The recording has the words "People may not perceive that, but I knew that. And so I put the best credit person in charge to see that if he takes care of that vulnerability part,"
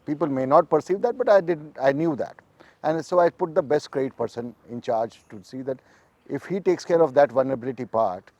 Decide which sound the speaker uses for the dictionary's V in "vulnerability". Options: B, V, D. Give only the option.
V